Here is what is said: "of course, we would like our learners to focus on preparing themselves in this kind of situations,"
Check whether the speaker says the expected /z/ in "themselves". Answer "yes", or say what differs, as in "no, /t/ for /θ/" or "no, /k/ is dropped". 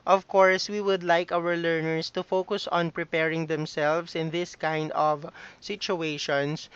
no, /s/ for /z/